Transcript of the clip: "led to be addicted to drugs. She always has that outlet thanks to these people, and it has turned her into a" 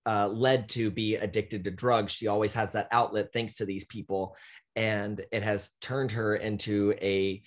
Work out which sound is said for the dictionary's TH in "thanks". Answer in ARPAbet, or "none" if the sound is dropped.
TH